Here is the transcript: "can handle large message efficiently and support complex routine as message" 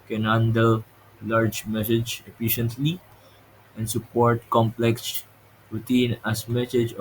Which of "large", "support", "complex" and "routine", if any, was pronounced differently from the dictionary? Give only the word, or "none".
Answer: routine